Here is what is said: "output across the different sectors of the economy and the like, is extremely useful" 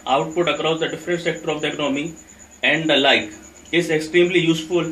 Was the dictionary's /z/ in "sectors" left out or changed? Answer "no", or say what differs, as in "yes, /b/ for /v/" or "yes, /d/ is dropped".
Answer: yes, /z/ is dropped